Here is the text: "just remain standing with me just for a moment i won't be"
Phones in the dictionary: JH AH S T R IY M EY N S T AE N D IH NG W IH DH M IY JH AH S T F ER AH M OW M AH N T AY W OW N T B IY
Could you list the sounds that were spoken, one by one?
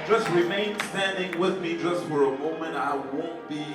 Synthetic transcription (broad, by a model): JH AH S T R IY M EY N S T AE N D IH NG W IH DH M IY JH AH S T F ER AH M OW M AH N T AY W OW N T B IY